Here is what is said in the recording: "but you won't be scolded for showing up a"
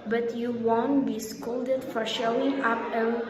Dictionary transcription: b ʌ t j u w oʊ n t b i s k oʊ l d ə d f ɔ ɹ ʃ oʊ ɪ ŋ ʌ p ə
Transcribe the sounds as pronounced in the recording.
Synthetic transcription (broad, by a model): b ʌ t j u w oʊ n t b i s k oʊ l d ə d f ɔ ɹ ʃ oʊ ɪ ŋ ʌ p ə